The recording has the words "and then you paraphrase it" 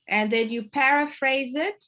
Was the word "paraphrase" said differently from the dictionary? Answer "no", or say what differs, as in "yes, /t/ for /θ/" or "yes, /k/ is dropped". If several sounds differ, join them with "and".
no